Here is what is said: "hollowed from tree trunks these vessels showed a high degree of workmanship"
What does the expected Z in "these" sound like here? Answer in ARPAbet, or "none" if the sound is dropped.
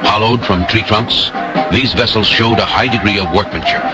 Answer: Z